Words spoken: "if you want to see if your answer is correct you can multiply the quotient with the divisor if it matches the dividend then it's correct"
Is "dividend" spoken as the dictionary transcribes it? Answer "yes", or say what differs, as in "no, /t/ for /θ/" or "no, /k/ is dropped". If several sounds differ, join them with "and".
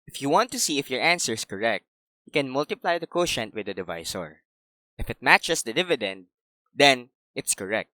yes